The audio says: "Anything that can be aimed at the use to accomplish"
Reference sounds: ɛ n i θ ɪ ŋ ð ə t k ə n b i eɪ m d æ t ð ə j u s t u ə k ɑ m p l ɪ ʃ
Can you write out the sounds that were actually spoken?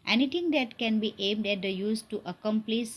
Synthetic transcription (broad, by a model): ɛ n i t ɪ ŋ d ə t k ə n b i eɪ m d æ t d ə j u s t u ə k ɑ m p l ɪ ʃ